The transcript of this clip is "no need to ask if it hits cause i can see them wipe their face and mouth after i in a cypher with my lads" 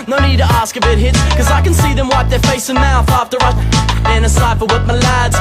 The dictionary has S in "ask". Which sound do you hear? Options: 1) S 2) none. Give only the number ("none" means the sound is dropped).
1